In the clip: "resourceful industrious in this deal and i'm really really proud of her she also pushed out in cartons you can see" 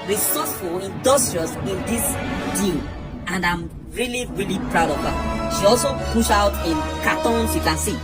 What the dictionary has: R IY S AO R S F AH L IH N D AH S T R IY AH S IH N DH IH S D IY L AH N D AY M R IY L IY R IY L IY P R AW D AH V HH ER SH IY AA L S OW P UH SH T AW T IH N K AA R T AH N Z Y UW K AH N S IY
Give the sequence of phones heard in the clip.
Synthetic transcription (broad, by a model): R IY S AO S F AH L IH N D AH S T R IY AH S IH N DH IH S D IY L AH N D AY M R IY L IY R IY L IY P R AW D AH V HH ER SH IY AA L S OW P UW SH AW T IH N K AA T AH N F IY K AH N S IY